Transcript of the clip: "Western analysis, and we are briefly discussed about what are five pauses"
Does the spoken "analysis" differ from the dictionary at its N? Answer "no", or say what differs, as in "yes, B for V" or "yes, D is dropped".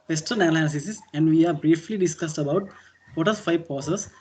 yes, L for N